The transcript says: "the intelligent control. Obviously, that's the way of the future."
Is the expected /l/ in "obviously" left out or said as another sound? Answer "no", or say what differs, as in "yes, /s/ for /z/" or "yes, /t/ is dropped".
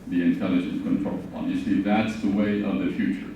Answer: yes, /l/ is dropped